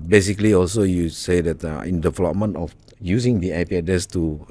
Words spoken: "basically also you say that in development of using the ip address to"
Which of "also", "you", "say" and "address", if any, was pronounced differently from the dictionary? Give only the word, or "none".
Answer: address